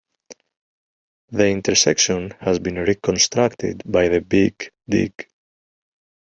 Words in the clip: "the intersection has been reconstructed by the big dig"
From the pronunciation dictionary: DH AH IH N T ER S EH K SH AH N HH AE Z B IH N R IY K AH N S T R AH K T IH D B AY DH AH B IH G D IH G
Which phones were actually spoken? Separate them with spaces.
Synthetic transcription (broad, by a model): DH AH IH N T ER S EH K SH AH N HH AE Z B IH N R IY K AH N S T R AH K T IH D B AY DH AH B IH G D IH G